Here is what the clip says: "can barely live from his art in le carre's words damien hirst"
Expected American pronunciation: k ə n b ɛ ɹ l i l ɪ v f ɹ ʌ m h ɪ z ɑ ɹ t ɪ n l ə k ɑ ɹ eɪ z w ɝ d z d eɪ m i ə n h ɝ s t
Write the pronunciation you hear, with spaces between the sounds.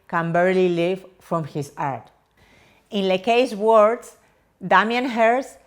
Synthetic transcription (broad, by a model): k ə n b ɛ ɹ l i l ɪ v f ɹ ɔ m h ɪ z ɑ ɹ t ɪ n l ə k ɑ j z w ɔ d s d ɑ m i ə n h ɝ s